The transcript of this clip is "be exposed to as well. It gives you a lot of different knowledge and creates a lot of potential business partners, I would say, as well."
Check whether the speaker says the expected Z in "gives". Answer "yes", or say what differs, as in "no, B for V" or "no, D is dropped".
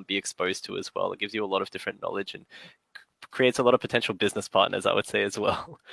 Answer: yes